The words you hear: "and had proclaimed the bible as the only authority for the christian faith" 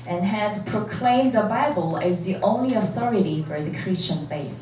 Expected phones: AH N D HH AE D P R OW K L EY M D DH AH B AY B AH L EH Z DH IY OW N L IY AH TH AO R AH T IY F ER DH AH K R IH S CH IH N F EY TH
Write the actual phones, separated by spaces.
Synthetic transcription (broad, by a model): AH N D HH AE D P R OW K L EY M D DH AH B AY B AH L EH Z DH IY OW N L IY AH TH AO R AH T IY F ER DH AH K R IH S CH IH N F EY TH